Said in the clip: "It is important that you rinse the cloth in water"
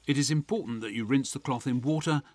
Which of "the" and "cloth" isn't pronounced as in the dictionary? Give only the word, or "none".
none